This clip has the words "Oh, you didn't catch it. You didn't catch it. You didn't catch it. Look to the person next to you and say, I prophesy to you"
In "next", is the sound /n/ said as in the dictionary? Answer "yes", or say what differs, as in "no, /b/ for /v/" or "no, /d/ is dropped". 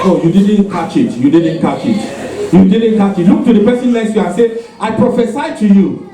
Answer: no, /l/ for /n/